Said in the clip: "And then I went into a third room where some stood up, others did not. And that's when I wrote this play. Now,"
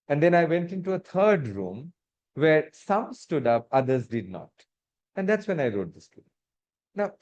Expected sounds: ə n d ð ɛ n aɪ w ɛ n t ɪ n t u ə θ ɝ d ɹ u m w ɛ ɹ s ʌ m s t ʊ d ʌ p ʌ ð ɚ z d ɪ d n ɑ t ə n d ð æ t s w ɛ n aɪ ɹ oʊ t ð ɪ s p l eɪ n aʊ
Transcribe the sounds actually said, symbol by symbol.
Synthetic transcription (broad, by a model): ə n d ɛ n aɪ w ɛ n t ɪ n t u ə t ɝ d ɹ u m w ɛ ɹ s ʌ m s t ʊ d ʌ p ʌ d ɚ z d ɪ d n ɑ t ə n d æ t s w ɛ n aɪ ɹ oʊ t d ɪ s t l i n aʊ